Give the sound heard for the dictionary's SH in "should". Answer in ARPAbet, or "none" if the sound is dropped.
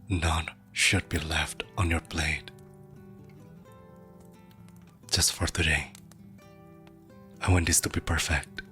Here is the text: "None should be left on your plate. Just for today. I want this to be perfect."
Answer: SH